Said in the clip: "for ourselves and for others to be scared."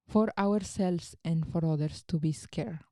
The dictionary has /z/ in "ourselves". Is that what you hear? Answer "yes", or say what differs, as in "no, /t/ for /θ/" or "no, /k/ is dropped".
no, /s/ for /z/